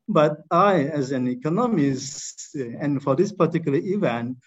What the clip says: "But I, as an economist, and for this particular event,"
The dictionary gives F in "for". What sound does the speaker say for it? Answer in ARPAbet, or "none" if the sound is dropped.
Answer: F